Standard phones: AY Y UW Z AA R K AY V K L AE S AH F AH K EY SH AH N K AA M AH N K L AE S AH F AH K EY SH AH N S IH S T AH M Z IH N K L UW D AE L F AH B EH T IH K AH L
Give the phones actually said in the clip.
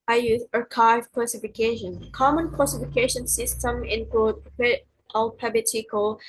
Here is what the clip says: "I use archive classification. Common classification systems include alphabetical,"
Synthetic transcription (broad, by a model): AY Y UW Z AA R K AY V K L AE S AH F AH K EY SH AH N K AA M AH N K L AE S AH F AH K EY SH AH N S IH S T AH M IH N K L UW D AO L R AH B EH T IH K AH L